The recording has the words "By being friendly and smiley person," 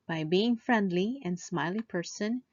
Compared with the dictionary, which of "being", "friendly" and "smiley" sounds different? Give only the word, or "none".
none